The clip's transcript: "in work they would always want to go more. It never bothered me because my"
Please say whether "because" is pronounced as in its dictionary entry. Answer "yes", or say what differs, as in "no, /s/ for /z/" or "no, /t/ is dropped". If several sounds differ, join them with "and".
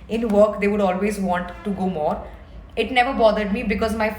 yes